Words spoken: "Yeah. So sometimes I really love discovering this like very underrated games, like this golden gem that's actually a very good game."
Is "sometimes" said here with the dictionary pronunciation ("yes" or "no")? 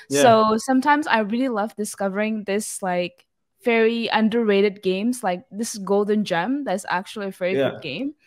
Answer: yes